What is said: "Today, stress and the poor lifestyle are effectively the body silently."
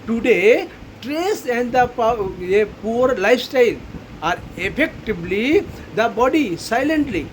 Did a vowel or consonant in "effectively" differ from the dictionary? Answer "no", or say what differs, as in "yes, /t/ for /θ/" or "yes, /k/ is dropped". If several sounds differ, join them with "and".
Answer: yes, /b/ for /v/